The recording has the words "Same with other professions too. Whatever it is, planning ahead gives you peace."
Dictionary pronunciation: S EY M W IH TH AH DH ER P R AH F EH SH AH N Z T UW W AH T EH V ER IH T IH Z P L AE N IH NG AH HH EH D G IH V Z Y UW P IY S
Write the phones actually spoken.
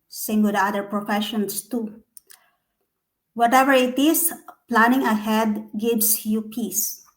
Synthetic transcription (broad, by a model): S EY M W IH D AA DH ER P R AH F EH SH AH N S T UW W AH T EH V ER IH T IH S P L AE N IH NG AH HH EH D G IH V S Y UW P IY S